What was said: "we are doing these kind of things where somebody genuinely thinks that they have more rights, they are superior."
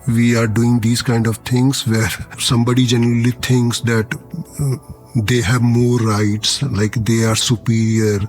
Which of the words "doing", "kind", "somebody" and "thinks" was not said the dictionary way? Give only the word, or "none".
thinks